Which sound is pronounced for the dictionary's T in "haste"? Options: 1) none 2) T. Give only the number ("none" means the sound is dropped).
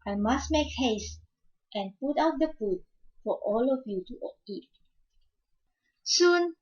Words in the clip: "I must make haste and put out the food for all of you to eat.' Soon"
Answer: 2